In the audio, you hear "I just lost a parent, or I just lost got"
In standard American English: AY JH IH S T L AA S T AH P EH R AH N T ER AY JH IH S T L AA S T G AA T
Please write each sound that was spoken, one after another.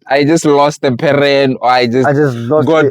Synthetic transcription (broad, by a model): AY JH IH S T L AA S T AH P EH R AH N AO AY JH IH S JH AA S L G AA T